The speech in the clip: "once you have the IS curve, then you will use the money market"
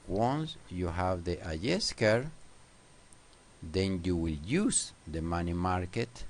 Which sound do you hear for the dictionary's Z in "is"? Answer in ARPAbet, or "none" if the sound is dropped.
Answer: S